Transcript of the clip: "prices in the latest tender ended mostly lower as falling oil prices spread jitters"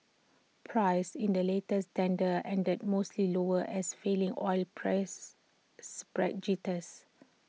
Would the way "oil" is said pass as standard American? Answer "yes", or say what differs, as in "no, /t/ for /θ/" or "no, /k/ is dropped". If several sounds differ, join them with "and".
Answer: yes